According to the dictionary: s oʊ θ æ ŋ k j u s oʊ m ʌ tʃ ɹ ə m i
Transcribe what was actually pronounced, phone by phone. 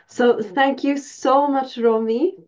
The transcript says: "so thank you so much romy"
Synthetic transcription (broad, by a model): s oʊ θ æ ŋ k j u s oʊ m ʌ tʃ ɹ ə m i